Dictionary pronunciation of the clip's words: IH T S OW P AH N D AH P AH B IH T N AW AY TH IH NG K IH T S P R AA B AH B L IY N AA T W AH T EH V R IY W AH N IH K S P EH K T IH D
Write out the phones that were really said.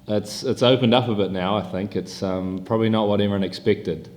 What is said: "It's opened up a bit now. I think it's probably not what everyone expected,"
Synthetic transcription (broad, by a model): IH T S OW P AH N D AH P AH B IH T N AW AY TH IH NG K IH T S P R AA B AH B L IY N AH T W AH T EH V IY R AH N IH K S P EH K T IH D